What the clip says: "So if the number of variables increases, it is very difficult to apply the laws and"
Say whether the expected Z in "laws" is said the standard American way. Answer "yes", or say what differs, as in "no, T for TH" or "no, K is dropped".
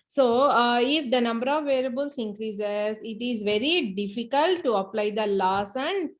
no, S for Z